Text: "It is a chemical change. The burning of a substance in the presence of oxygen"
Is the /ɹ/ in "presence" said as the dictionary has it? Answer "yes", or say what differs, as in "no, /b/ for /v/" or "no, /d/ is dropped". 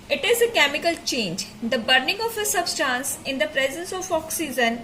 yes